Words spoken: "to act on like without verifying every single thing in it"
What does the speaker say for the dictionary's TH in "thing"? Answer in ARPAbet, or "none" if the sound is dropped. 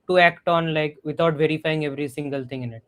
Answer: T